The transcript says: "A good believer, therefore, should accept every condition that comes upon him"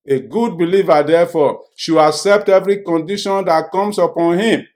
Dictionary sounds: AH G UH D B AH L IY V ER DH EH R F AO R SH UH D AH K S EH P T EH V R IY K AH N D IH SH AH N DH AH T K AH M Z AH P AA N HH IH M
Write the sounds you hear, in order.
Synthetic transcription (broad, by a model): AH G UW D B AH L IY V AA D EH F AO SH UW AH K S EH P T EH V R IY K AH N D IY SH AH N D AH T K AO M S AH P AA N HH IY M